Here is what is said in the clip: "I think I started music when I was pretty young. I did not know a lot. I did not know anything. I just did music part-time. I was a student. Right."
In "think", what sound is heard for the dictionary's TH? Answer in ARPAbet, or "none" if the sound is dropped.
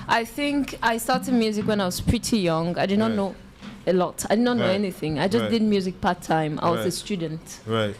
TH